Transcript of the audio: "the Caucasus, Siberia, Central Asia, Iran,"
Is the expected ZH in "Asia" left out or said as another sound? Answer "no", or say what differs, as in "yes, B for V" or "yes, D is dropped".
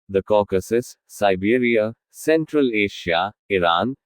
yes, SH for ZH